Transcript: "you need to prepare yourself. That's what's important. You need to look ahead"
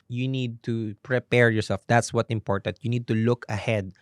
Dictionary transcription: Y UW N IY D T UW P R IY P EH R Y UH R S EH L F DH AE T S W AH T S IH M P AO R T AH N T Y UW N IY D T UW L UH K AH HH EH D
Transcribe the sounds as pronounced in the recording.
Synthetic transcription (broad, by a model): Y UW N IY D T UW P R IY P EH R Y UH R S EH L F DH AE T S W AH T IH M P AO R T AH N T Y UW N IY D T UW L UH K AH HH EH D